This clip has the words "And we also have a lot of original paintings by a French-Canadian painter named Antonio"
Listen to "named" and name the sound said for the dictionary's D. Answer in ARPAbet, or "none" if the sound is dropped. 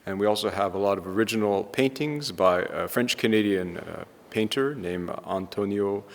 none